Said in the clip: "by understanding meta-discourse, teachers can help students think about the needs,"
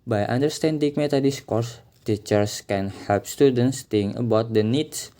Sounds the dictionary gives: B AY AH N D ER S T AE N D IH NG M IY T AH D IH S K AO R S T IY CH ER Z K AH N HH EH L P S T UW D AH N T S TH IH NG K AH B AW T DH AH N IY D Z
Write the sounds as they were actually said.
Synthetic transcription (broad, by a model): B AY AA N D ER S T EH N D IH NG M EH T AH D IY S K AO R S T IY CH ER S K AH N HH EH L P S T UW D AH N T S T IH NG AH B AW T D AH N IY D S